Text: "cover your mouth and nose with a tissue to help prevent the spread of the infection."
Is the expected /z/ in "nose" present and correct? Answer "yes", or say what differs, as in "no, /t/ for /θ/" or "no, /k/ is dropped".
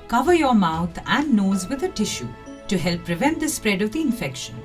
yes